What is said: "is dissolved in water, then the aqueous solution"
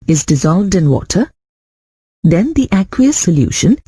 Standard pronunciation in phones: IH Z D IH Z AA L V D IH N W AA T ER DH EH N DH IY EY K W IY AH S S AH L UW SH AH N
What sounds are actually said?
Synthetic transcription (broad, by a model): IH Z D IH Z AA L V D IH N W AA T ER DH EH N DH IY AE K W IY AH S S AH L UW SH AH N